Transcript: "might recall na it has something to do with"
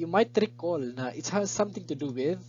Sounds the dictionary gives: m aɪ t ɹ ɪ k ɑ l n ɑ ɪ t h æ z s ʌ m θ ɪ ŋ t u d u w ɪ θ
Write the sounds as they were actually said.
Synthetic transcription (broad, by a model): m aɪ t ɹ ɪ k ɑ l n ɑ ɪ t h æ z s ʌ m t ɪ ŋ t u d u w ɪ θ